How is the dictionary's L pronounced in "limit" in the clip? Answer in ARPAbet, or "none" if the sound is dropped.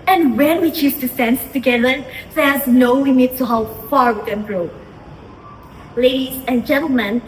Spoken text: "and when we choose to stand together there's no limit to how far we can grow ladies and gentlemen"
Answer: W